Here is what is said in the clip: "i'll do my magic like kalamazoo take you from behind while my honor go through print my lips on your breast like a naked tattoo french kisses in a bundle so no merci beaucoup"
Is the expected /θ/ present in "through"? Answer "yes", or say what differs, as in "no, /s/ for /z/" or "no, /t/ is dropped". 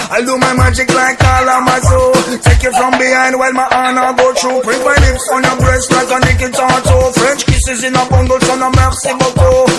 no, /t/ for /θ/